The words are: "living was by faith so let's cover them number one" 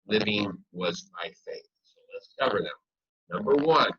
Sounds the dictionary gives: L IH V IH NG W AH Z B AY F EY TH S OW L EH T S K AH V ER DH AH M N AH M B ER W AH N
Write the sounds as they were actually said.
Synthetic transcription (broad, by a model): L IH V IH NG W AH Z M AY F EY TH S OW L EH T S K AH V ER DH AH M N AH M B ER W AH N